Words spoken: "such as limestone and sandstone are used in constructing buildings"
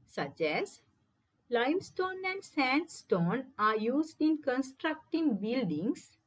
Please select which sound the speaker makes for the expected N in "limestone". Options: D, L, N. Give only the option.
N